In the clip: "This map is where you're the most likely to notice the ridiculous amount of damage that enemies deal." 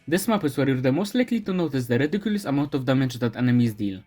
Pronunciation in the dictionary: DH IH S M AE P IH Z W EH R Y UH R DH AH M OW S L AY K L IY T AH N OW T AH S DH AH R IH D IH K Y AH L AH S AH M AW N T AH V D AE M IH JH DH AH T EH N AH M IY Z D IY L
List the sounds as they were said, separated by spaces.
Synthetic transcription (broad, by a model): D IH S M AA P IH S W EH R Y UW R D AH M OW S L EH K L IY T AH N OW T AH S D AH R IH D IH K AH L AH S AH M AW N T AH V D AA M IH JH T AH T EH N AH M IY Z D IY L